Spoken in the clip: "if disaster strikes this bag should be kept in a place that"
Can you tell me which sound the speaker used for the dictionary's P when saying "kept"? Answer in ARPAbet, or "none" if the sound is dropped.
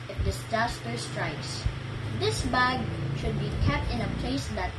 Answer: P